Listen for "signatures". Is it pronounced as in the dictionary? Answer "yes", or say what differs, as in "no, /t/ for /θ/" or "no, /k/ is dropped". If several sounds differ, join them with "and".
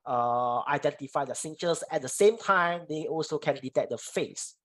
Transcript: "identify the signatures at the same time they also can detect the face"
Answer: no, /s/ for /tʃ/